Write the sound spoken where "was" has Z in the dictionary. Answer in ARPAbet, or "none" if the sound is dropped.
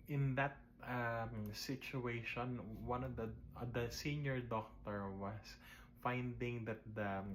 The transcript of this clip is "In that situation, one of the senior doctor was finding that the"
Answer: S